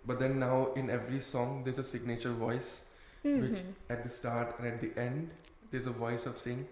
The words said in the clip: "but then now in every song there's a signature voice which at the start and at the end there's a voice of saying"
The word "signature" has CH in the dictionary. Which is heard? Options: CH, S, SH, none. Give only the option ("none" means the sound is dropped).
CH